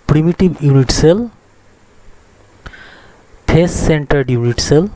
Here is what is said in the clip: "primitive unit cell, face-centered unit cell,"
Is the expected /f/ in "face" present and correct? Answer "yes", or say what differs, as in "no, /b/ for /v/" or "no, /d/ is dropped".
no, /p/ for /f/